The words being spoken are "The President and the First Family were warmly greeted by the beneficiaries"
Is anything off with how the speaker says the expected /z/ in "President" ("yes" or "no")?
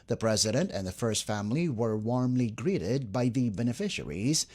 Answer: no